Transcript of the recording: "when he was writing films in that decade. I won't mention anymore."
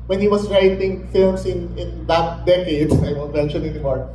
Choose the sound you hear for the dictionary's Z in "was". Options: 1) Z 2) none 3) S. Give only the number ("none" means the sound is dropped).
3